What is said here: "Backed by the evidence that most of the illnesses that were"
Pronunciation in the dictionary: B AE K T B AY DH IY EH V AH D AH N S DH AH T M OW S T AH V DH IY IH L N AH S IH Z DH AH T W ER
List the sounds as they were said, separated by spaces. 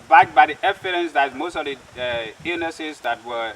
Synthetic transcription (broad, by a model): B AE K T B AY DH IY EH F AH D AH N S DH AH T M OW S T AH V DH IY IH N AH S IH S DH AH T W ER